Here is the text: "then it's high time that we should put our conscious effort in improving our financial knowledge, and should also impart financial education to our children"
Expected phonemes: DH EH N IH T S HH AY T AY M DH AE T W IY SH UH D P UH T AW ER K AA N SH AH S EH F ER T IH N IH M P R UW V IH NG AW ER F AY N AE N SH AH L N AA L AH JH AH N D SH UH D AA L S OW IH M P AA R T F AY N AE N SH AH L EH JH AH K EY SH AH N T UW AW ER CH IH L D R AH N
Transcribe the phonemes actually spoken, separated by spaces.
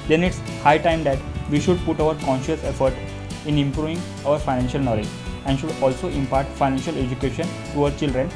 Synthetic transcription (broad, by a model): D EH N IH T S HH AY T AY M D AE T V IY SH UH D P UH T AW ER K AA N SH AH S EH F ER T IH N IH M P R UW V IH NG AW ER F AY N AE N SH AH L N AA L AH JH AH N D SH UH D AA L S OW IH M P AA R T F AY N AE N SH AH L EH JH AH K EY SH AH N T UW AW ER CH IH L D R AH N